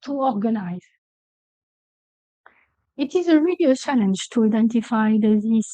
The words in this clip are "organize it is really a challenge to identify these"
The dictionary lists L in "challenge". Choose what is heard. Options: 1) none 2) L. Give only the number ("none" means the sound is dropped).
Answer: 2